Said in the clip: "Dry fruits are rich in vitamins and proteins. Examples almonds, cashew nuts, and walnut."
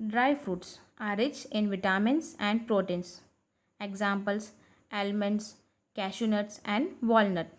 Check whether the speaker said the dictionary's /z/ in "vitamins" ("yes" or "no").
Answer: no